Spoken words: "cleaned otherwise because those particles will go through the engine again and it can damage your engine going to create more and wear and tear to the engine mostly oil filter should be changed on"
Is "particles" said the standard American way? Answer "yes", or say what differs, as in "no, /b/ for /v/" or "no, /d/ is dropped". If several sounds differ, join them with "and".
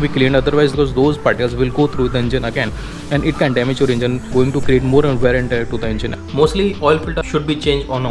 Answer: no, /k/ is dropped